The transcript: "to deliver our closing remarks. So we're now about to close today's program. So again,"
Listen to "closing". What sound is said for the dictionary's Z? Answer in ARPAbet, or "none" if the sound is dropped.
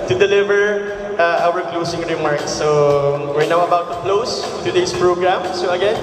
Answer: S